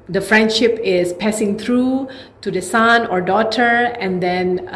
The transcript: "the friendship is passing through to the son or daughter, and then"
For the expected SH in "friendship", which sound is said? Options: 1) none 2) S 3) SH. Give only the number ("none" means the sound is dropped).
3